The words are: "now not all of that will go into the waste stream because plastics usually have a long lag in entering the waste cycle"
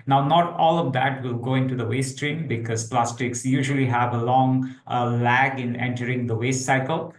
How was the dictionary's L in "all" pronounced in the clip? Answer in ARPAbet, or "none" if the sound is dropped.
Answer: L